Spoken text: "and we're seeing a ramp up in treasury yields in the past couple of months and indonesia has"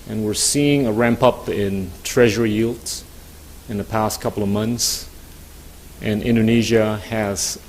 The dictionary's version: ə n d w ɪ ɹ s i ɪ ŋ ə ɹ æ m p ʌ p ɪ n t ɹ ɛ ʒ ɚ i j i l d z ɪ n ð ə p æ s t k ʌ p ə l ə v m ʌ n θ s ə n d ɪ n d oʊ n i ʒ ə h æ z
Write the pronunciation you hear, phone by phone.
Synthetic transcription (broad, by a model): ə n w ɪ ɹ s i ɪ ŋ ə ɹ æ m p ʌ p ɪ n t ɹ ɛ ʒ ɚ i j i l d ɪ n ð ə p æ s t k ʌ p l ə v m ʌ n θ s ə n ɪ n d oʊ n i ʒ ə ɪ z